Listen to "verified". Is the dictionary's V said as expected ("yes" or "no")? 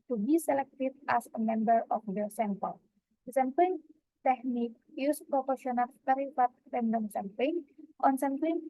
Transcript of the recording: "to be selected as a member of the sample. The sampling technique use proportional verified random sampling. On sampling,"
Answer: no